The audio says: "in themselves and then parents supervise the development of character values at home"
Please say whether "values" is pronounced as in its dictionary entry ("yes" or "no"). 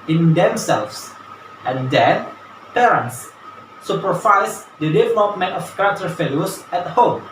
no